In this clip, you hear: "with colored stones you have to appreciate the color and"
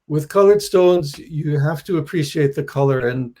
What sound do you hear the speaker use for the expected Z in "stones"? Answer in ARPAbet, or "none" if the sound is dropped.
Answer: Z